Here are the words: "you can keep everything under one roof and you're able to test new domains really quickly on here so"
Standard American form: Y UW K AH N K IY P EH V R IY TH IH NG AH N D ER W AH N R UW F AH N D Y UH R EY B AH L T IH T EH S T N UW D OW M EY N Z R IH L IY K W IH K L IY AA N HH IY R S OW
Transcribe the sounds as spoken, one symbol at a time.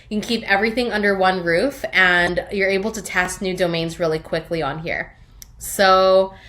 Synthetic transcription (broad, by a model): Y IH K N K IY P EH V R IY TH IH NG AH N D ER W AH N R UW F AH N Y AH R EY B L T IH T EH S T N UW D OW M EY N Z R IH L IY K W IH K L IY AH N HH IY R S OW